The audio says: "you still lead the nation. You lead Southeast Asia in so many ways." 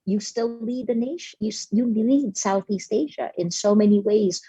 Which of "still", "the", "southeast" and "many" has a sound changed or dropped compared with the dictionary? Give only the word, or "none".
none